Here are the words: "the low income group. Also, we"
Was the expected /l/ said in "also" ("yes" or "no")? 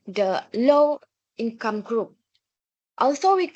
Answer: yes